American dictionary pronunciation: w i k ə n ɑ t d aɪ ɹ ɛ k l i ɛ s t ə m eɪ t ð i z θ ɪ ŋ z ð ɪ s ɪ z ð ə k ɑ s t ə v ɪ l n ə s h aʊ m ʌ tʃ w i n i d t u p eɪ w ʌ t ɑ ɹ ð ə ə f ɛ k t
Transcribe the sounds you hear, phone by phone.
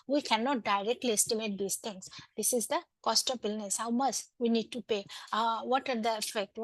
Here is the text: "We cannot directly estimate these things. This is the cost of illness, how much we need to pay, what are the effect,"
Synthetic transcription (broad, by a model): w i k ə n ɑ t d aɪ ɹ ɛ k l i ɛ s t ə m eɪ t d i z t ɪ ŋ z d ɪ s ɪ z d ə k ɑ s t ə b ɪ l n ə s h aʊ m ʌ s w i n i d t u p eɪ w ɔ t ɑ ɹ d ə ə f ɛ k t